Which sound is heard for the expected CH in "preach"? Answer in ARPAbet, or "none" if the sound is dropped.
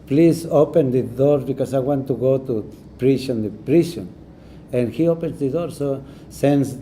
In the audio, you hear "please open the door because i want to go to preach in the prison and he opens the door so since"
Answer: SH